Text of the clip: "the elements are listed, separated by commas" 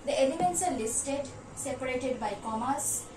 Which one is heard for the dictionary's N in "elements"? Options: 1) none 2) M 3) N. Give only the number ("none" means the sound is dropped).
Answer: 3